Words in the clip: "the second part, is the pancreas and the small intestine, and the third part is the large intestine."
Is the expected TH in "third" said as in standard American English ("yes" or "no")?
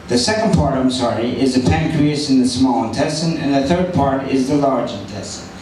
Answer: yes